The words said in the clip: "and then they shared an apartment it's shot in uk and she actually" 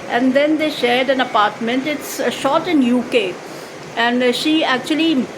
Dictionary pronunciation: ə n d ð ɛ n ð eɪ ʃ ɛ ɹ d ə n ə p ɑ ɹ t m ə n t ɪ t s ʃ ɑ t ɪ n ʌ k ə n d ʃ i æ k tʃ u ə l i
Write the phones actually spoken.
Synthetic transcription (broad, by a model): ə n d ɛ n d eɪ ʃ ɛ ɹ d ə n ə p ɑ ɹ t m ə n t ɪ t s ʃ ɑ t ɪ n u k ə n d ʃ i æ k tʃ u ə l i